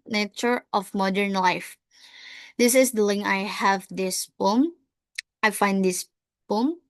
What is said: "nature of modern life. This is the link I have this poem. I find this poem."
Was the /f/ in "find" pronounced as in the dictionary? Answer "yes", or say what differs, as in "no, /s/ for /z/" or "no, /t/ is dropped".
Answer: yes